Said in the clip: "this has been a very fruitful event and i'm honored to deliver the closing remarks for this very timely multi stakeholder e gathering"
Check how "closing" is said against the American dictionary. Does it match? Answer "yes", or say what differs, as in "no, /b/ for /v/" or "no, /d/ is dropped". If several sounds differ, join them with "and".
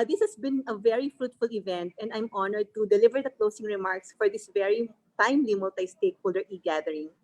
no, /s/ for /z/